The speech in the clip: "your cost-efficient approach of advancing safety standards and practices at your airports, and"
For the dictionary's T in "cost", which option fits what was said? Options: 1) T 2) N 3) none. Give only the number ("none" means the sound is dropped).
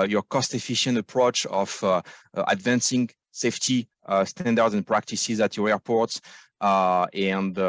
1